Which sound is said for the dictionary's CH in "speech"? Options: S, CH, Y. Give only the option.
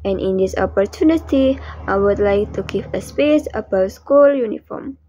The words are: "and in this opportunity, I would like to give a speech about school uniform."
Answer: S